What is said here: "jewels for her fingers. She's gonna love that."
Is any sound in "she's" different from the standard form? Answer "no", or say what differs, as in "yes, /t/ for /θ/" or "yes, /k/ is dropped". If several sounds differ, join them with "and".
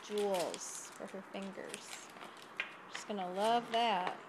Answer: yes, /s/ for /z/